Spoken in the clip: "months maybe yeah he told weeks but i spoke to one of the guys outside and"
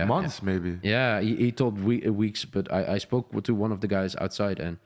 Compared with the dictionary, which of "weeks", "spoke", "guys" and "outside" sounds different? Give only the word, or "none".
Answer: none